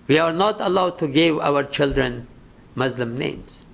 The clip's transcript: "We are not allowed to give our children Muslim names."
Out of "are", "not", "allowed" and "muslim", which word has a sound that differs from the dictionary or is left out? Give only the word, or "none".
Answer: none